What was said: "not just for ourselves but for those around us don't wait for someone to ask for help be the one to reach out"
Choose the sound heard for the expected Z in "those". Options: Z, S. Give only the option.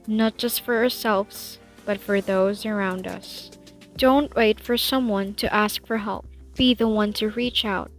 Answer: Z